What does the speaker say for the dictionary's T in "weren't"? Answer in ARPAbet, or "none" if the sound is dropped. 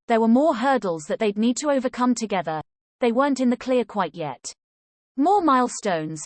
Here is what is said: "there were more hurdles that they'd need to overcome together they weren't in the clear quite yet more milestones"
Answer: T